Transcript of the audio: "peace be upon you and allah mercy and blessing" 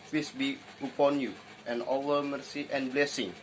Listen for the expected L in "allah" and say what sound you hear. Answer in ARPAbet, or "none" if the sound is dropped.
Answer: W